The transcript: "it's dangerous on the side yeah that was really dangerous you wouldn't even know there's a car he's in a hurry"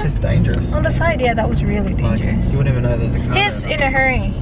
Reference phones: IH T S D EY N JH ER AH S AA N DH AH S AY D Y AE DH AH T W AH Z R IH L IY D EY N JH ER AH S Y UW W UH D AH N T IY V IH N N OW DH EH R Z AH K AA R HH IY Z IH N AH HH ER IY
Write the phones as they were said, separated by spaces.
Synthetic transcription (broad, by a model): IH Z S D EY N JH ER AH S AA N DH AH S AY D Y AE DH AH T W AH Z R IH L IY D EY N JH ER AH S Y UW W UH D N IY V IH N N OW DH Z AH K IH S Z IH N AH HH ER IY